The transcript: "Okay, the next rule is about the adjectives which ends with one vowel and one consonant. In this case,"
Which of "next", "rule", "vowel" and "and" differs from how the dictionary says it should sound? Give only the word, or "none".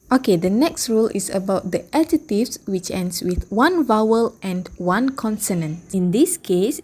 none